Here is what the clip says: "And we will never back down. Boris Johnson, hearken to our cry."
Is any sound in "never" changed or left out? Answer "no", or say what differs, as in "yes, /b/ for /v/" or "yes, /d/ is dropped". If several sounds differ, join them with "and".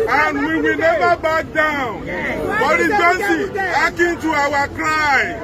yes, /b/ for /v/